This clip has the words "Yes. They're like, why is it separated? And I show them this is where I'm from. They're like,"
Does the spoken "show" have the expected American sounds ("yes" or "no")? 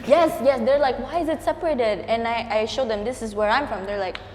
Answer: yes